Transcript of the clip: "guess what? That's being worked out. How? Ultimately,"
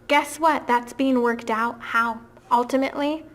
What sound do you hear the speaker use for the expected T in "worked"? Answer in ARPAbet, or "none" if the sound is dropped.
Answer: T